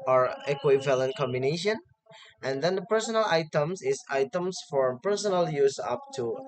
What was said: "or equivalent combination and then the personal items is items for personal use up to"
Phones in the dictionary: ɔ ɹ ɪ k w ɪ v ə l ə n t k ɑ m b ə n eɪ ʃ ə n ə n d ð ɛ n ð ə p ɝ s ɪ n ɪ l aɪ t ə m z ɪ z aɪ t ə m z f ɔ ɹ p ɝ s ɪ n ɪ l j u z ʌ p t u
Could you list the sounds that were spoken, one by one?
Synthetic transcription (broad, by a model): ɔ ɹ ɪ k w ɪ v ə l ə n t k ɑ m b ə n eɪ ʃ ə n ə n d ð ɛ n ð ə p ɝ s ɪ n ɪ l aɪ t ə m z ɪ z aɪ t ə m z f ɔ ɹ p ɝ s ɪ n ɪ l j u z ʌ p t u